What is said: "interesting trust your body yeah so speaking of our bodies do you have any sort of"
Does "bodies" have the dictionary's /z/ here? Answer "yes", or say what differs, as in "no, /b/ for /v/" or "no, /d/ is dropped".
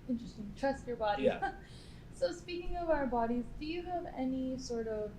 yes